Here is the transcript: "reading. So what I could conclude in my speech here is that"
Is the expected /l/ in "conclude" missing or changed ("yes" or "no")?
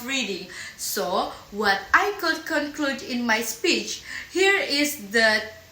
no